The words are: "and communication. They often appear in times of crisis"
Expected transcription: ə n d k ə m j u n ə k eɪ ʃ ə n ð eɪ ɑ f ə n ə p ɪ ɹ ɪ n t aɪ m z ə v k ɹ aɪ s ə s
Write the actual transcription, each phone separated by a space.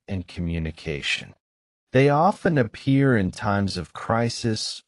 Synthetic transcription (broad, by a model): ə n k ə m j u n ə k eɪ ʃ ə n ð eɪ ɑ f ə n ə p ɪ ɹ ɪ n t aɪ m z ə v k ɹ aɪ s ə s